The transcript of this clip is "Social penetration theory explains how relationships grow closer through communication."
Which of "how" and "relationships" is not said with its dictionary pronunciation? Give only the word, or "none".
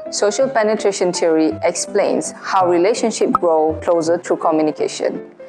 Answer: relationships